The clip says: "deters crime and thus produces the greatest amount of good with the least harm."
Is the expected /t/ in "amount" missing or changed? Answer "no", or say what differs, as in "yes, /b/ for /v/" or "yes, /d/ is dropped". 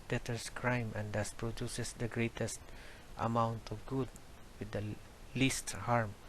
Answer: no